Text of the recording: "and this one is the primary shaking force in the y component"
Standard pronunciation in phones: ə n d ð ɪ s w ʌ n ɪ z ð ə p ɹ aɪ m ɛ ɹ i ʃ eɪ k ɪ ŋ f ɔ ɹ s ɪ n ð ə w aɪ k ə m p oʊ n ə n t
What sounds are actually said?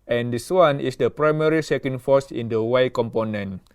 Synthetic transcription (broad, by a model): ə n d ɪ s w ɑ n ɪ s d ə p ɹ aɪ m ɛ ɹ i s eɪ k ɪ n f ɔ s ɪ n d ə w aɪ k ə m p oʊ n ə n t